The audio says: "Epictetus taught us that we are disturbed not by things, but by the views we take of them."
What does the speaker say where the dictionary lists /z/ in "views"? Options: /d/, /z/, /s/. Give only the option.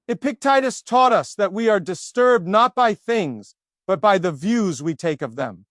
/z/